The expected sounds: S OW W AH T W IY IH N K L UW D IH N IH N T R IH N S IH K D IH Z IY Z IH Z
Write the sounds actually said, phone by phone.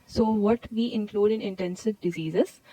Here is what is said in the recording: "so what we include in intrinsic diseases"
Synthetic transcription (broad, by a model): S OW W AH T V IY IH N K L UW D IH N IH N T EH N S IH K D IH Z IY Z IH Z